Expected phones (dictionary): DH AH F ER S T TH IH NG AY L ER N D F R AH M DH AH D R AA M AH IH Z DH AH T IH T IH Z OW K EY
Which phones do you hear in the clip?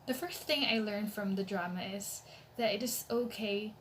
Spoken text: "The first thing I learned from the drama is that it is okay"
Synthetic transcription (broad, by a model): DH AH F ER S TH IH NG AY L ER N F R AH M DH AH D R AA M AH IH Z DH AH T IH T IH Z OW K EY